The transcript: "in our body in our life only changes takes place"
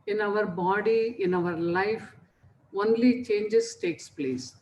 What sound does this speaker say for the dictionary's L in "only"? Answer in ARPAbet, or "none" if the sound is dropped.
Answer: L